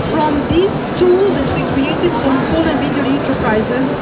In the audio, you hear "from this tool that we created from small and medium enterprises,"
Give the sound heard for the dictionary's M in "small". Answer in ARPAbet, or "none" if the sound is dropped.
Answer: none